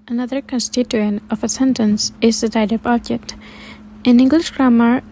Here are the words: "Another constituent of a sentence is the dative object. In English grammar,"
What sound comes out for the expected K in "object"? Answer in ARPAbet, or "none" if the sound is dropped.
none